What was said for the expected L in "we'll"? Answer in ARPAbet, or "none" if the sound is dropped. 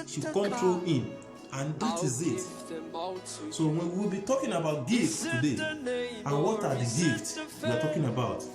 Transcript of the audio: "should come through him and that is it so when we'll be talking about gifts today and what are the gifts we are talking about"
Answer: W